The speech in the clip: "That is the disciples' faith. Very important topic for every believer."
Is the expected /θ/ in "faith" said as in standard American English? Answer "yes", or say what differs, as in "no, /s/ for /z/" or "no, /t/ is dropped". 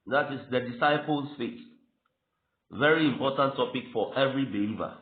no, /t/ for /θ/